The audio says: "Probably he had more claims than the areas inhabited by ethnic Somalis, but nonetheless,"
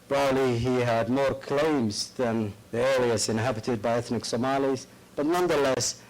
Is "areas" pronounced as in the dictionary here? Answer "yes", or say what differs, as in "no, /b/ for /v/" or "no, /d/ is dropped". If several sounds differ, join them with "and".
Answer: no, /l/ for /ɹ/ and /s/ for /z/